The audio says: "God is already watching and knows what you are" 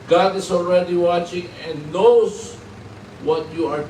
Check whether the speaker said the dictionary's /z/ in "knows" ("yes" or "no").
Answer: no